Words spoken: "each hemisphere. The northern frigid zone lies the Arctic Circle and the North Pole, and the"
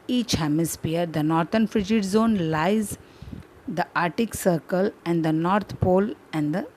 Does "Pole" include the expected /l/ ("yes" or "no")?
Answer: yes